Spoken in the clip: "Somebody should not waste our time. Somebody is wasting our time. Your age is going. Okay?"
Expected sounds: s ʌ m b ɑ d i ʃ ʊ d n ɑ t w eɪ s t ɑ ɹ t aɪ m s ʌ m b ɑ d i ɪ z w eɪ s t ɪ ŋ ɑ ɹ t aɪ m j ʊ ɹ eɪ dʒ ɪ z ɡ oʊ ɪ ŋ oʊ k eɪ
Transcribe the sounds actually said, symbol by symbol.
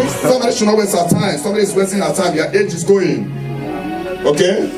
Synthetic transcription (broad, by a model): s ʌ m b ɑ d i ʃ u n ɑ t w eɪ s ɑ t aɪ m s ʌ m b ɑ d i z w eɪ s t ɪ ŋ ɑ t aɪ m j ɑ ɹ eɪ dʒ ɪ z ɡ oʊ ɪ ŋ oʊ k eɪ